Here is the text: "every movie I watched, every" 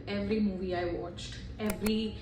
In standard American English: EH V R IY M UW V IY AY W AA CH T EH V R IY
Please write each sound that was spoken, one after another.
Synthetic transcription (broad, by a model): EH V R IY M UW V IY AY W AA CH T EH V R IY